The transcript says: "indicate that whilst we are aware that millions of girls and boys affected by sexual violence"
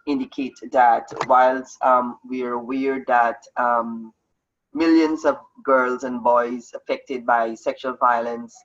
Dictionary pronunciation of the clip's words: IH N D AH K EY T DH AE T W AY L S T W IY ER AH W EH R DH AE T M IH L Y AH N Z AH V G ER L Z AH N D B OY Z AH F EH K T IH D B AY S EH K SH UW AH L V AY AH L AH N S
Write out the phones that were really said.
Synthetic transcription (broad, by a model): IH N D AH K EY T DH AE T W AY L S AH W IY ER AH W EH R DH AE T M IH L Y AH N Z AH V G ER L Z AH N B OY Z AH F EH K T IH D B AY S EH K SH UW AH L V AY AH L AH N S